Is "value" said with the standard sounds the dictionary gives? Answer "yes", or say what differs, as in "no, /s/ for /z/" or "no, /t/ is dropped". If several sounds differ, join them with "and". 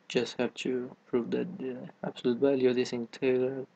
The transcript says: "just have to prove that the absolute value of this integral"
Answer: no, /b/ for /v/